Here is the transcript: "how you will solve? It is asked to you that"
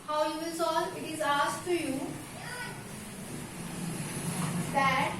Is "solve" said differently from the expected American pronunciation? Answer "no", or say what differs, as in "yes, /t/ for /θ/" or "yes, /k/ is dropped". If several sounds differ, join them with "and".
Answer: yes, /v/ is dropped